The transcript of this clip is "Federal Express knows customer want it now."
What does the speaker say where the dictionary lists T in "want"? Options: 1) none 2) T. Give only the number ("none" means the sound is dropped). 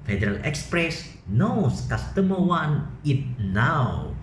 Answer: 1